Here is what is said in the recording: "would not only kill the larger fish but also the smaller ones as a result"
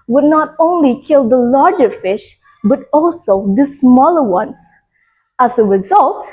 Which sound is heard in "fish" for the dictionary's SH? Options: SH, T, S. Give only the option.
SH